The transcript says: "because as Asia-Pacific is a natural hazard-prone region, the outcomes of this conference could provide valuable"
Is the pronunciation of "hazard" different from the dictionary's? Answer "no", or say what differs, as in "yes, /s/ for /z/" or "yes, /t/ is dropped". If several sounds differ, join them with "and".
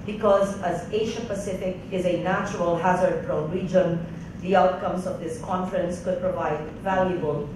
no